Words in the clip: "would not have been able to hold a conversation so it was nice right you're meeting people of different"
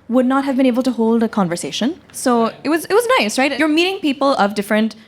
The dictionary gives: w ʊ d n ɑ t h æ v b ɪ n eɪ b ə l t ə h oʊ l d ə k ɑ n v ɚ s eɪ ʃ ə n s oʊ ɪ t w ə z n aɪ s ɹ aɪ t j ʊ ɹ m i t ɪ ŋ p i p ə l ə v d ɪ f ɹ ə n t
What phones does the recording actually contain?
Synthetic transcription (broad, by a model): w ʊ d n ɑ t h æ v b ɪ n eɪ b ə l t ə h oʊ l d ə k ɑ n v ɚ s eɪ ʃ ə n s oʊ ɪ t w ə z n aɪ s ɹ aɪ t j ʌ ɹ m i t ɪ ŋ p i p ə l ə v d ɪ f ɹ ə n t